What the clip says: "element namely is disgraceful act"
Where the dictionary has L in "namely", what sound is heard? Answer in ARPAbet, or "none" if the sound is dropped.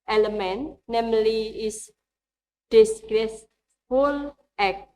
L